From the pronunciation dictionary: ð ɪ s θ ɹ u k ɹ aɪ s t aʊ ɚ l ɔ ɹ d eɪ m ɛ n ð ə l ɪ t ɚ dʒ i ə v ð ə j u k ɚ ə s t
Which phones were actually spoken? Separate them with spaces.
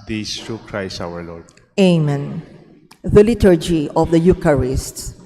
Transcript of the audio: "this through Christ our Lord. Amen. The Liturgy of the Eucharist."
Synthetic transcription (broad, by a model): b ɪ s t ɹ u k ɹ aɪ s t aʊ ɚ l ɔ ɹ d eɪ m ɛ n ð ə l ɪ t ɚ dʒ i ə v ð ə j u k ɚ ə s t